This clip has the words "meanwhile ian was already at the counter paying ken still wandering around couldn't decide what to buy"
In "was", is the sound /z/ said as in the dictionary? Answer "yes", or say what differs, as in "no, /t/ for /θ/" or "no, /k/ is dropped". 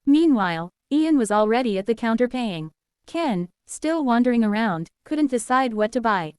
yes